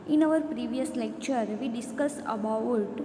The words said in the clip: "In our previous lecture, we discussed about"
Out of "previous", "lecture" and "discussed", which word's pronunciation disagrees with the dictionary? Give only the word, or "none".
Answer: discussed